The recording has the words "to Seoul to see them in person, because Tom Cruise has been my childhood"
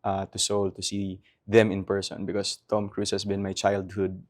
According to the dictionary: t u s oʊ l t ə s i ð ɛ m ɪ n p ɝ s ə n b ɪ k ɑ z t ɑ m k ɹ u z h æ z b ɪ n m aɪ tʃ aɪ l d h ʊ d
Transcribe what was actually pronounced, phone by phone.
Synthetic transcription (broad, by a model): t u s oʊ l t ə s i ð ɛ m ɪ n p ɝ s ə n b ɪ k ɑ s t ɑ m k ɹ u s h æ s b ɪ n m aɪ tʃ aɪ l d h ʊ d